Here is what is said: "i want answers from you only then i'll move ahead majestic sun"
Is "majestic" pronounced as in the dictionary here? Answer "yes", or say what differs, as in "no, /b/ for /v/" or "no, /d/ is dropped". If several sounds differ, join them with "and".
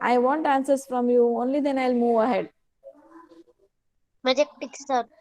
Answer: no, /s/ is dropped